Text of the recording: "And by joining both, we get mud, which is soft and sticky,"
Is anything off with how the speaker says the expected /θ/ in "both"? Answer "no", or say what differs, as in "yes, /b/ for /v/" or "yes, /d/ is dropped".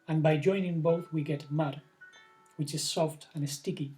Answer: no